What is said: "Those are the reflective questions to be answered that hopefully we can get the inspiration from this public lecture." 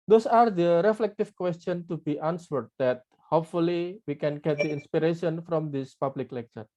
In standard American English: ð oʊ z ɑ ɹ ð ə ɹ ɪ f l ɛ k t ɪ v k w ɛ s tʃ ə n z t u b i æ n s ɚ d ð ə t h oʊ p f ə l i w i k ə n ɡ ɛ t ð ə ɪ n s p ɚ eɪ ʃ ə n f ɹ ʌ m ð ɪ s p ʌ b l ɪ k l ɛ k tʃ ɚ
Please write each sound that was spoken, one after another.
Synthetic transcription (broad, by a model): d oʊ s ɑ ɹ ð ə ɹ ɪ f l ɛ k t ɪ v k w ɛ s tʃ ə n t u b i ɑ n s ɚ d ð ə t h oʊ p f ə l i w i k ə n ɡ ɛ t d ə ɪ n s p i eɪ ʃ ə n f ɹ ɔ m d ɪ s p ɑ b l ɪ k l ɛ k tʃ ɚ